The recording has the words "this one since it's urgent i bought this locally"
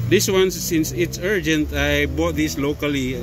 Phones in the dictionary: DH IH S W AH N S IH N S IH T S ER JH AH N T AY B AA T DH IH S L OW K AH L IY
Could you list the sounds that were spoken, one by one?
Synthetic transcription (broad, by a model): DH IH S W AH N S IH N S IH T S ER JH AH N T AY B AA T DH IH S L OW K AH L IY